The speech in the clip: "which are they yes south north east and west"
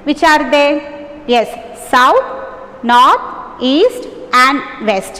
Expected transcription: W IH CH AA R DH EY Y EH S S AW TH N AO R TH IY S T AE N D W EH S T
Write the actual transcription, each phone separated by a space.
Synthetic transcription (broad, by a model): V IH CH AA R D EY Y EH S S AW T N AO R T IY S T AE N D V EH S T